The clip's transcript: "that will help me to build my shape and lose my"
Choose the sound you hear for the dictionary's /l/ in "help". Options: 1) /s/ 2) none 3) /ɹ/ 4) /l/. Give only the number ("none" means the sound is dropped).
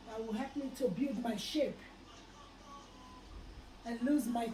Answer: 2